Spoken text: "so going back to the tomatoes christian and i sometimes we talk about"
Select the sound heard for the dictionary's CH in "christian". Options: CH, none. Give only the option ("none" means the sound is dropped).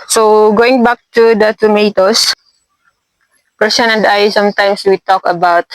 none